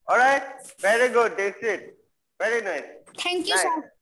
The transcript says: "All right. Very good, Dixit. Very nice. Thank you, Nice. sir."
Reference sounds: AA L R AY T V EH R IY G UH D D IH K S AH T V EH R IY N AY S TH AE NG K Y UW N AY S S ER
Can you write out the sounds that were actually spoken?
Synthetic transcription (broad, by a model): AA L R AY T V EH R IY G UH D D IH S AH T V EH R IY N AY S T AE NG K Y UW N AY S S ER